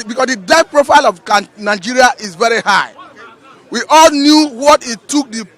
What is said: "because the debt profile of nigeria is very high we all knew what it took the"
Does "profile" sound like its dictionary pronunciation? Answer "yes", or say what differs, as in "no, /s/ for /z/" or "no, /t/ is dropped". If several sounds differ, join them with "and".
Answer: yes